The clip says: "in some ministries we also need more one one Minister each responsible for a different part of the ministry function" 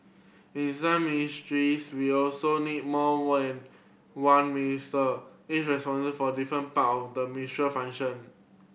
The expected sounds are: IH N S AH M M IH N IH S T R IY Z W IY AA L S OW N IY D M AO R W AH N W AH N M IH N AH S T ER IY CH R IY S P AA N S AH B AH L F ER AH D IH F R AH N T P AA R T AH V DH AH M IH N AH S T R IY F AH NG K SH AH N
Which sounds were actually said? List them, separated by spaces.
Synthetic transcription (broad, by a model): IH N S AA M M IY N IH S T R IY S W IY AA L S OW N IY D M AO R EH N W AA N M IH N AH S T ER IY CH R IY S P AA N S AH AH F AH D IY F R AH N P AA T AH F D AH M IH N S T R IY F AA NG SH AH N